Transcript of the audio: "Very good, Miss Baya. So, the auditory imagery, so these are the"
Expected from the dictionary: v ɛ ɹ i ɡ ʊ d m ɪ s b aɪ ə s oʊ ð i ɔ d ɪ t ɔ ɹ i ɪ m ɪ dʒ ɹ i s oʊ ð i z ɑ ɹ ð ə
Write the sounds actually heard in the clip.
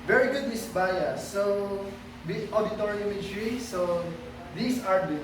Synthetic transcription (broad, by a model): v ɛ ɹ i ɡ ʊ d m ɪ s b aɪ ə s oʊ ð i ɔ d ɪ t ɔ ɹ i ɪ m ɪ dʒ ɹ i s oʊ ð i s ɑ ɹ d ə